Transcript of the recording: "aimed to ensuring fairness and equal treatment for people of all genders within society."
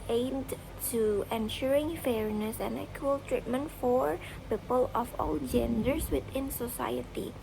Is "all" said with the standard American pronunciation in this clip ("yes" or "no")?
yes